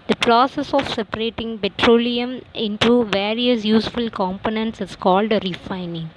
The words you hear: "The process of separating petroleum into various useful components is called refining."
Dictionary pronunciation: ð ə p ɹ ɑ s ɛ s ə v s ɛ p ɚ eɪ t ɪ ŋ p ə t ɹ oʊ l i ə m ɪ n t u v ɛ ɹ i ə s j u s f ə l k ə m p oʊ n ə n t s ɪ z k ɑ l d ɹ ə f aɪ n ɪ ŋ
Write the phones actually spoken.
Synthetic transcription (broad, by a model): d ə p ɹ ɑ s ɛ s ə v s ɛ p ɚ eɪ t ɪ ŋ p ə t ɹ oʊ l i ə m ɪ n t u v ɛ ɹ i ə s j u s f ə l k ə m p oʊ n ə n t s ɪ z k ɑ l d ɹ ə f aɪ n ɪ ŋ